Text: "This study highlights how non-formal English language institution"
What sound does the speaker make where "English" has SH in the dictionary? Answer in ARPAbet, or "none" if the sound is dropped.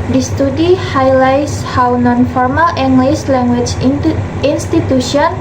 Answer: S